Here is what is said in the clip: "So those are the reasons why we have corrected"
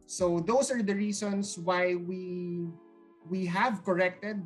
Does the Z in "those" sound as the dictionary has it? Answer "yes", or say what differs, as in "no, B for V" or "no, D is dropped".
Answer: no, S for Z